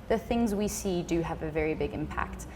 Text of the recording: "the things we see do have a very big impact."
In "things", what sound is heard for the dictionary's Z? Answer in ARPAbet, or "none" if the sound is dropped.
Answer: Z